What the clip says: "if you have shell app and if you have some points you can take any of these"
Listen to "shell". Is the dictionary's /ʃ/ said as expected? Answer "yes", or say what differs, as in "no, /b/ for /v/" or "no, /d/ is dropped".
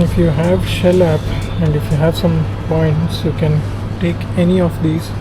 yes